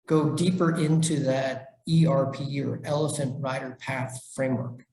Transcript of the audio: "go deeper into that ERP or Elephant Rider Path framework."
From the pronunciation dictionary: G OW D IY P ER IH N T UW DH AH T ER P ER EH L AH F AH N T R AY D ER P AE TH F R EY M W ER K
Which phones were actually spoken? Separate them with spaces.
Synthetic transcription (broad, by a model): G OW D IY P ER IH N T UW DH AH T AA P ER EH L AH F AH N T R AY D ER P AE TH F R EY M W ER K